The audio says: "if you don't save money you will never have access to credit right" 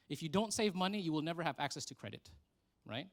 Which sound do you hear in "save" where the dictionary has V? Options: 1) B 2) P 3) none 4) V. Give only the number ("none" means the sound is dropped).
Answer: 4